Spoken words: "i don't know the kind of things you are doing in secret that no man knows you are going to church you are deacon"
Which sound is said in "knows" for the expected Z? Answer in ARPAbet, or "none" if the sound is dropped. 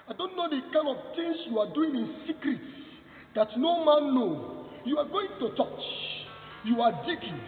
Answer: none